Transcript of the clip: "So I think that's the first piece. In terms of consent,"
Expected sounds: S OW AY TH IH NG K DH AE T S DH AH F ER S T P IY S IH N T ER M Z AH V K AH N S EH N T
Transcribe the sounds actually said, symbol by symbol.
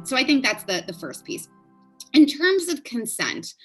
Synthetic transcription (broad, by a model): S OW AY TH IH NG K DH AE T S DH AH F ER S P IY S IH N T ER M Z AH V K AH N S EH N T